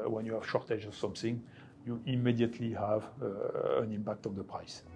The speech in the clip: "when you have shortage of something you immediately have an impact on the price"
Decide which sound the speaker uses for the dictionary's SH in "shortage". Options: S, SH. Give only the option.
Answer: SH